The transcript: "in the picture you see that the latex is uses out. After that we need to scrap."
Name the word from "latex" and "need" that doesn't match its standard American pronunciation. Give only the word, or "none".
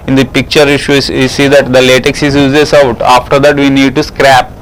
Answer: none